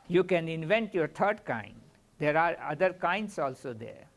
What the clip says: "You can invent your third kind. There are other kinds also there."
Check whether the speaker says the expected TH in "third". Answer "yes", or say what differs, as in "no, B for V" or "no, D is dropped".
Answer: no, T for TH